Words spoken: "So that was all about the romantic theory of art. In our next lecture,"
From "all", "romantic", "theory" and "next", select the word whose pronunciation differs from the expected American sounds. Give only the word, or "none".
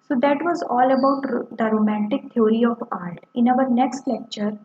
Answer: theory